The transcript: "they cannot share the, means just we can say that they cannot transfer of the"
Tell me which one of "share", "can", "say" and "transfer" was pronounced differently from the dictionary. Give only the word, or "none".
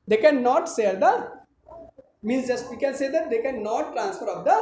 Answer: share